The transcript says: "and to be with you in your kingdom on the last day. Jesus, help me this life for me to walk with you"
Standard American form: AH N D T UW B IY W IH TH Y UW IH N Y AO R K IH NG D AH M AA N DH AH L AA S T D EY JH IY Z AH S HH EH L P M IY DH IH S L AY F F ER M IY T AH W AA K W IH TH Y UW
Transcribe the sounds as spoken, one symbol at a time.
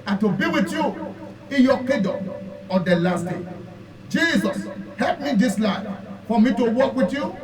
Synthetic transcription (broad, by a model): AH T UW B IY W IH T Y UW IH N Y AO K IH D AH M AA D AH L AA S T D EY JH IY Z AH S HH EH L P M IY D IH S L AY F F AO M IY T AH W AA K W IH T Y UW